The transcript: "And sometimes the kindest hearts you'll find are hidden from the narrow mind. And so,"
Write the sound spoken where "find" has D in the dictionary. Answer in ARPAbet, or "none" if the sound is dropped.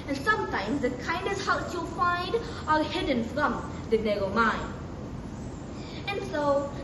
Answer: D